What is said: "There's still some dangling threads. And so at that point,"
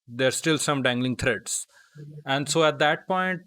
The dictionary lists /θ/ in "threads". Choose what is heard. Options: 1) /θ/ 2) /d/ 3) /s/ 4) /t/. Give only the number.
4